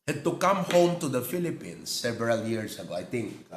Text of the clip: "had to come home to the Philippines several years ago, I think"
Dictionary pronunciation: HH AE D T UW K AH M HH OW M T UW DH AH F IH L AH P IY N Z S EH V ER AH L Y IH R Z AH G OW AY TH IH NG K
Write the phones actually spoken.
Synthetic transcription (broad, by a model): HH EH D T UW K AH M HH OW M T UW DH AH F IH L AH P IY N S EH V ER AH L Y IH R S AH G OW AY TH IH NG K